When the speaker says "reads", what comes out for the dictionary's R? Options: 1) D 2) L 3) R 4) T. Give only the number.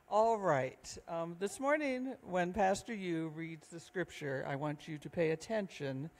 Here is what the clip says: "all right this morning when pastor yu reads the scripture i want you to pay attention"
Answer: 3